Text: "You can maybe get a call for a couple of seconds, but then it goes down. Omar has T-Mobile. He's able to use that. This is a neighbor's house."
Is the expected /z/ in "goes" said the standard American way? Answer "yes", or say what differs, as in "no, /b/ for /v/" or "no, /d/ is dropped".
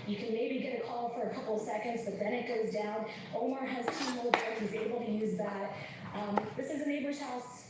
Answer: yes